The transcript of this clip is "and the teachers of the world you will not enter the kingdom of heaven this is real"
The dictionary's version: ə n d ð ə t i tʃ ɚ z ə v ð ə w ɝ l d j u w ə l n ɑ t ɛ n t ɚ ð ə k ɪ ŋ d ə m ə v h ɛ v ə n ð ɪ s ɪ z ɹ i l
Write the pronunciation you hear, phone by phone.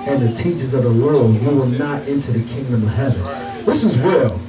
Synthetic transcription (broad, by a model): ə n ð ə t i tʃ ɚ z ə v ð ə w ɝ l d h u w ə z n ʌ t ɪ n t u ð ə k ɪ ŋ d ə m ə v h ɛ v ə n ð ɪ s ɪ z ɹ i l